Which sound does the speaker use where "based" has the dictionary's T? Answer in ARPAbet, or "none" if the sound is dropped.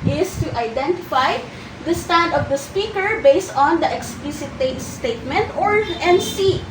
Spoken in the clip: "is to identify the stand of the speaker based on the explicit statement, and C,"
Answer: T